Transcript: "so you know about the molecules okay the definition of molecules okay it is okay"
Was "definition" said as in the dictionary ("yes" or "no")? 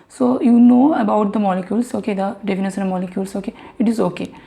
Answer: no